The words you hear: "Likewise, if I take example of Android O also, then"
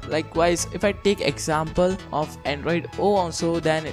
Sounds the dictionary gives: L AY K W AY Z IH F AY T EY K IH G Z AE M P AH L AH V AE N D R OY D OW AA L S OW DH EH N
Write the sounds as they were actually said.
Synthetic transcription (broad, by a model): L AY K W AY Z IH F AY T EY K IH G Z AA M P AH L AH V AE N D R OY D OW AA L S OW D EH N